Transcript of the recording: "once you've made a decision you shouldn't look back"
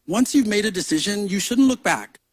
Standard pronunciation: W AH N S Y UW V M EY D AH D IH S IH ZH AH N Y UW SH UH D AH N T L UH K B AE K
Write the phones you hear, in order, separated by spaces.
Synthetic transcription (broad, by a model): W AH N S Y UW V M EY D AH D IH S IH ZH AH N Y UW SH UH D N T L UH K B AE K